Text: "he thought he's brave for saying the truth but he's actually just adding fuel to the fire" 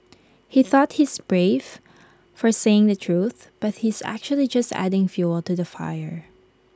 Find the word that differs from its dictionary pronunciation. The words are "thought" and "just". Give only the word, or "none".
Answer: none